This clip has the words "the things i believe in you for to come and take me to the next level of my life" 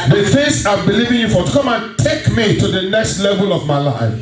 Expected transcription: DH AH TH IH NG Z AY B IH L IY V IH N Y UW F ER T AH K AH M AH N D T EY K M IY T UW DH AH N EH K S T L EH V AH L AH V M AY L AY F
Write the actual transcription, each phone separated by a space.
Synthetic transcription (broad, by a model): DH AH F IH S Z AY B IH L IY V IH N Y UW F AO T K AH M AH N T EY K M IY T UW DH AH N EH K S T L EH V AH L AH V M AY L AY F